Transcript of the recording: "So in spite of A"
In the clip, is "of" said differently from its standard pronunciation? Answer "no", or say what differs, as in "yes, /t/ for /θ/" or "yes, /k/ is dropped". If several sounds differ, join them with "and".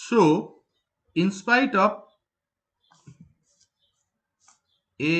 yes, /p/ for /v/